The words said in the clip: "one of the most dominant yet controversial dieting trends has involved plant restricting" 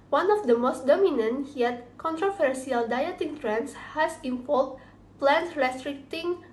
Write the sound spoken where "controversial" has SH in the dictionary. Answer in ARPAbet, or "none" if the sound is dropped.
S